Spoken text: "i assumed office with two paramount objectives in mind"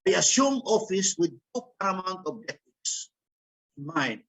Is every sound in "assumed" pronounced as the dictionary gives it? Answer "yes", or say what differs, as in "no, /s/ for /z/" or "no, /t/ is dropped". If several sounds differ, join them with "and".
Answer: no, /d/ is dropped